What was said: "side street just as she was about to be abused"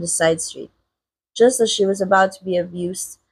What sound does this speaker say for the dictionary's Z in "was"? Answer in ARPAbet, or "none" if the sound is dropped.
Z